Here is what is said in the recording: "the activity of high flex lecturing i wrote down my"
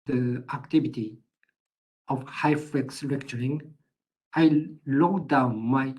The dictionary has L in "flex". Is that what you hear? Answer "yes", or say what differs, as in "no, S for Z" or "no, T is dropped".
no, L is dropped